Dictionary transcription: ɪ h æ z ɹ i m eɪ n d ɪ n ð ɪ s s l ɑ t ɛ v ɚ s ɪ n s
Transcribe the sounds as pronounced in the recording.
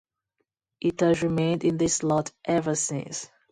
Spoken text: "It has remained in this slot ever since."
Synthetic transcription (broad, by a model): ɪ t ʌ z ɹ i m eɪ n d ɪ n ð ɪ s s l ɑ t ɛ v ɚ s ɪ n s